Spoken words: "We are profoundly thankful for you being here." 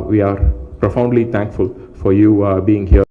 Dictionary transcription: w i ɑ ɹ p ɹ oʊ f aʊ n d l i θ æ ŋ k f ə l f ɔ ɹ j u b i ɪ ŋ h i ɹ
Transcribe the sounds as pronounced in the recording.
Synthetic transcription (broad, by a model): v i ɑ ɹ p ɹ oʊ f aʊ n d l i t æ ŋ k f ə l f ɔ ɹ j u b i ɪ ŋ h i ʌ